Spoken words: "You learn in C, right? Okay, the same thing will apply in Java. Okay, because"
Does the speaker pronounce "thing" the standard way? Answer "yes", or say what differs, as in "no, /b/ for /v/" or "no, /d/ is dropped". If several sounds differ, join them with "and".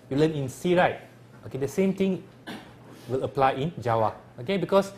no, /t/ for /θ/